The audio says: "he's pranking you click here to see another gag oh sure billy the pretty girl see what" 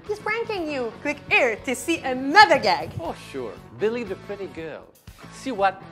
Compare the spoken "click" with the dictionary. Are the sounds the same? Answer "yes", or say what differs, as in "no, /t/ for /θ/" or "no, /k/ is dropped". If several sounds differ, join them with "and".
no, /w/ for /l/